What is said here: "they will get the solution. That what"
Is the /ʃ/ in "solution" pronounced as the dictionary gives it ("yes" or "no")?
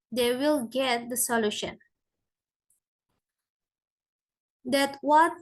yes